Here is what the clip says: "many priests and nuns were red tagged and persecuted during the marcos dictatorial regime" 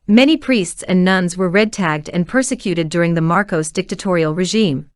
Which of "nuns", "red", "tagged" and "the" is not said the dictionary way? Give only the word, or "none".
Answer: none